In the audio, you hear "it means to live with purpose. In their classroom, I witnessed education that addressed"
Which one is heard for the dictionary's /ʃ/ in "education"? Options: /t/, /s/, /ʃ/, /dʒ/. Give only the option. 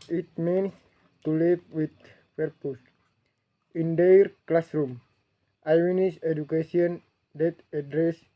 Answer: /s/